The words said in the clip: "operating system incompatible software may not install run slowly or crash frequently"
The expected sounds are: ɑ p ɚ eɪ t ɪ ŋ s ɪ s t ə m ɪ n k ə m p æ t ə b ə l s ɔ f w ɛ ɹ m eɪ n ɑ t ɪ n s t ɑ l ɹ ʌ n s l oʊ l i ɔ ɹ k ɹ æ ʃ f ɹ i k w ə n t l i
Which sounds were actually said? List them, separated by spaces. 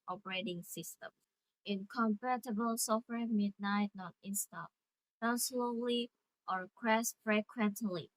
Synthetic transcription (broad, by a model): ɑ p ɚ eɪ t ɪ ŋ s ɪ s t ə m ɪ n k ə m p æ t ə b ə l s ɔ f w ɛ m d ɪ n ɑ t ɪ n s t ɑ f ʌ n s l oʊ l i ɔ ɹ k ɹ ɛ s f ɹ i k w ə n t l i